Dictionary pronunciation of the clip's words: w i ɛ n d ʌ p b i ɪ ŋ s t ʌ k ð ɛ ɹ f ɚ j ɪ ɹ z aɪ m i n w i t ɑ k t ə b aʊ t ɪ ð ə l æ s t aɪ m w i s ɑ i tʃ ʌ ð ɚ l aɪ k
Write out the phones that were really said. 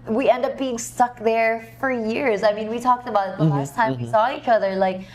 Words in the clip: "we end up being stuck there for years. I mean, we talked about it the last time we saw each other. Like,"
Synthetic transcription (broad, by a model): w i ɛ n d ʌ p b i ɪ ŋ s t ʌ k ð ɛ ɹ f ɚ j ɪ ɹ z aɪ m i n w i t ɑ k t ə b aʊ t ð ə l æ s t aɪ m w i s ɑ i tʃ ʌ ð ɚ l aɪ k